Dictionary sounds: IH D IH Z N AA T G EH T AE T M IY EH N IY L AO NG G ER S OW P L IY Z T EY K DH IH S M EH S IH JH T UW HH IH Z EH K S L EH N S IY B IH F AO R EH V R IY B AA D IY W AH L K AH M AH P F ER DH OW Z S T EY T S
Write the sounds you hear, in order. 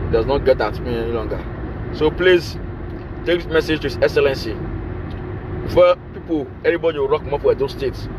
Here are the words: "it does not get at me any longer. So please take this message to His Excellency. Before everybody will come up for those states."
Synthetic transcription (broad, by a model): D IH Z N AA T G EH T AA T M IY EH N IY L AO NG G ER S OW P L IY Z T EY K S M EH S IH JH T UW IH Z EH K S L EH N S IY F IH P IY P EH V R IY B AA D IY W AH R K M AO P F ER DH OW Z S T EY T S